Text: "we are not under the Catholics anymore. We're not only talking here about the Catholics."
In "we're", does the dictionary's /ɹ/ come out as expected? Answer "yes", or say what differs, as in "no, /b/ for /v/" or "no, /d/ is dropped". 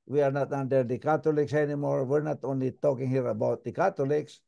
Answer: yes